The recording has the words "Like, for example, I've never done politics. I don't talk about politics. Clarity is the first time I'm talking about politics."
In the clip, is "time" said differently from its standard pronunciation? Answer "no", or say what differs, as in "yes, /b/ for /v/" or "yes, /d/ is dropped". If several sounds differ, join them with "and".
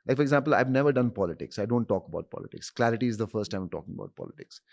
yes, /m/ is dropped